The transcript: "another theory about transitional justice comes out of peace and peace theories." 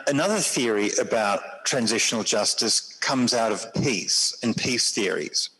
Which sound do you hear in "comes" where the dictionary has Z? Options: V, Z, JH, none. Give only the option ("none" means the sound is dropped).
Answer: Z